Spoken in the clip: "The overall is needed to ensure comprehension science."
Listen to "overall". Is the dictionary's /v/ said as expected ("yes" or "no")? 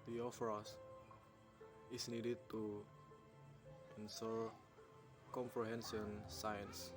no